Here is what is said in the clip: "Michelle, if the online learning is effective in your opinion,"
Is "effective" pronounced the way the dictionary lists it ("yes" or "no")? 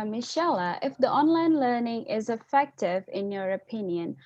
yes